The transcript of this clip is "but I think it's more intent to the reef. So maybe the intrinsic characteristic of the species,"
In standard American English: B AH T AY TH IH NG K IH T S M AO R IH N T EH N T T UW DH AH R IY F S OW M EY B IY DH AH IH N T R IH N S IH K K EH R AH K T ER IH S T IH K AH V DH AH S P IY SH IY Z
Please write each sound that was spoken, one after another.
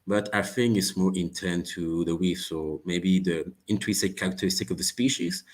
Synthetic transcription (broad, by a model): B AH T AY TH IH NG IH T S M AO R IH N T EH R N T UW DH AH W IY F S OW M EY B IY DH AH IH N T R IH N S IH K K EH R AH K T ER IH S T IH K AH V DH AH S P IY SH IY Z